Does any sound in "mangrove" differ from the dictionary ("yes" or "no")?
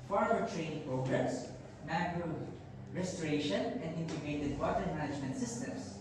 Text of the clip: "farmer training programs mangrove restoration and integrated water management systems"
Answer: yes